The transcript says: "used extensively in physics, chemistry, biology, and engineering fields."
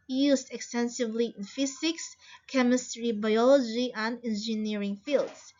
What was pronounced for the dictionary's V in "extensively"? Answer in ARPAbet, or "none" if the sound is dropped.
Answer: V